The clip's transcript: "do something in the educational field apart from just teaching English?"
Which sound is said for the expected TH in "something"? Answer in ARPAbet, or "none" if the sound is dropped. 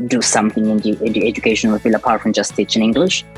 TH